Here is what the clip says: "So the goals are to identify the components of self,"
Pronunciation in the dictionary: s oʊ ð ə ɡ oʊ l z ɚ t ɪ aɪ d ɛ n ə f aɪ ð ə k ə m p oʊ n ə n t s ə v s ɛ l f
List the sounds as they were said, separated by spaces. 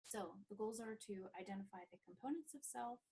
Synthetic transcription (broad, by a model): s oʊ ð ə ɡ oʊ l z ɚ t ɪ aɪ d ɛ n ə f aɪ ð ə k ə m p oʊ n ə n t s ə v s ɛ l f